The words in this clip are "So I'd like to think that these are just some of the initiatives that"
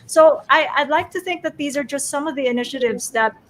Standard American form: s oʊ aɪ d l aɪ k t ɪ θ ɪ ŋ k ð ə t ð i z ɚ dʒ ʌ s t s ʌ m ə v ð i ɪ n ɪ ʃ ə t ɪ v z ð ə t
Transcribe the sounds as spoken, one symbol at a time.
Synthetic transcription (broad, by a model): s oʊ aɪ d l aɪ k t ɪ θ ɪ ŋ k ð ə t ð i z ɚ dʒ ʌ s t s ʌ m ə v ð i ɪ n ɪ ʃ ə t ɪ v z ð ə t